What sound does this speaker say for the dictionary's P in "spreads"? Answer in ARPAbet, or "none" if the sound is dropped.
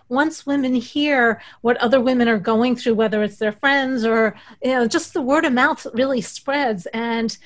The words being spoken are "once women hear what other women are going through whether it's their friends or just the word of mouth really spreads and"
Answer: P